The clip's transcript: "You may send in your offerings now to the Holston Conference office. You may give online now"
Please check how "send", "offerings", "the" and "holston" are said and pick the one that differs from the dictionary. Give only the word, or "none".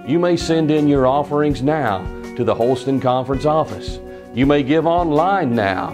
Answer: none